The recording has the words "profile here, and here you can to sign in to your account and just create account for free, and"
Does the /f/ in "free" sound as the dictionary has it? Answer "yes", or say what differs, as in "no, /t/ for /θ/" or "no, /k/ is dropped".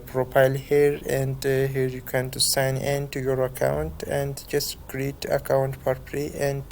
no, /p/ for /f/